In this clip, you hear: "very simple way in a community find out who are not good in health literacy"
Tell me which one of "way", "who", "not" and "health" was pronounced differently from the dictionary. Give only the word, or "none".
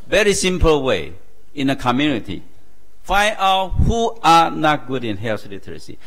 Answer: health